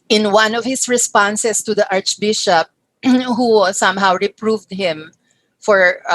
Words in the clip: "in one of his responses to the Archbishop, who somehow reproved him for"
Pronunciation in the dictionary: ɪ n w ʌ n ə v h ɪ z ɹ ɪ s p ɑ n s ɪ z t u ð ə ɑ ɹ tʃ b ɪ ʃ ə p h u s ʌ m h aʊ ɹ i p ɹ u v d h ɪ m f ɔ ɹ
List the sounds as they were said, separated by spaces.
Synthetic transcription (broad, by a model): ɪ n w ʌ n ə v h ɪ s ɹ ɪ s p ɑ n s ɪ s t u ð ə ɑ ɹ tʃ b ɪ ʃ ə p h u s ʌ m h aʊ ɹ i p ɹ u v d h ɪ m f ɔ ɹ